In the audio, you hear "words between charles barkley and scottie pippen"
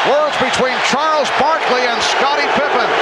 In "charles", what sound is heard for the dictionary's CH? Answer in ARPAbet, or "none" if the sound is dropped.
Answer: CH